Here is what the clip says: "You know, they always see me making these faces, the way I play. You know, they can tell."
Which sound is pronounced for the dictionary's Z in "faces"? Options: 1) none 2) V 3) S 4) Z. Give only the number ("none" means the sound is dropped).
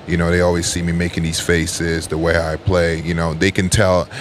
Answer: 4